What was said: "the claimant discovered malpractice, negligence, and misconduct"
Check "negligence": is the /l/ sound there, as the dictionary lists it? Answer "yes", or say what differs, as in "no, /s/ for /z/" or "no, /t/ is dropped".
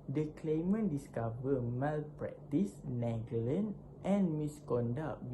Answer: no, /l/ is dropped